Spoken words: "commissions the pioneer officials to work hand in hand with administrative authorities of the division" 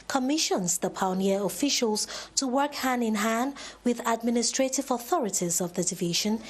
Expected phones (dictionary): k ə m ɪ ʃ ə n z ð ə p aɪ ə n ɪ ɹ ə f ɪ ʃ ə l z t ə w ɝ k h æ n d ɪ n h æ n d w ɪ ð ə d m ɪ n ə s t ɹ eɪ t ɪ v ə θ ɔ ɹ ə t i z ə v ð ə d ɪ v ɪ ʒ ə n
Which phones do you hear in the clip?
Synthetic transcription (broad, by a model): k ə m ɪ ʃ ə n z ð ə p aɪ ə n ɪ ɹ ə f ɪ ʃ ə l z t ə w ɝ k h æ n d ɪ n h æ n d w ɪ ð ə d m ɪ n ə s t ɹ eɪ t ɪ v ə θ ɔ ɹ ə t i z ə v ð ə d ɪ v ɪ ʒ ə n